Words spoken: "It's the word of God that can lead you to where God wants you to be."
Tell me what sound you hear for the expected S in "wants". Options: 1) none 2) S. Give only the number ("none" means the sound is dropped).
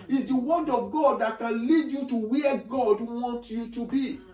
1